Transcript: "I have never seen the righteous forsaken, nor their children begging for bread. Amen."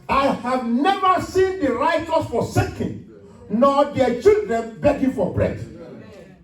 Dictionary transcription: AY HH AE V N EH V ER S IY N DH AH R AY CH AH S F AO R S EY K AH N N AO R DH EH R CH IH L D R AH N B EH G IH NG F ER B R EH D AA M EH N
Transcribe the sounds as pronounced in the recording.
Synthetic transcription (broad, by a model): AY HH AE V N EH V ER S IY N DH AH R AY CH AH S F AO S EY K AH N N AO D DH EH CH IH L D R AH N B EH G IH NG F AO B R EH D